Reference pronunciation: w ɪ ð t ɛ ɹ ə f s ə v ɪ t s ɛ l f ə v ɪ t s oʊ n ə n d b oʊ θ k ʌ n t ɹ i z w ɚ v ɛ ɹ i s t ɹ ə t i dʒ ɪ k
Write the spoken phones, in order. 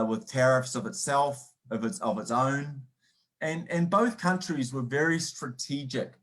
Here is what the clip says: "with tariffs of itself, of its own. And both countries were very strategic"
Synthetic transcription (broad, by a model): w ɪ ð t ɛ ɹ ə f s ə v ɪ t s ɛ l f ə v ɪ t s oʊ n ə n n b oʊ θ k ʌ n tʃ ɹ i z w ɚ v ɛ ɹ i s t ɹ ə t i dʒ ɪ k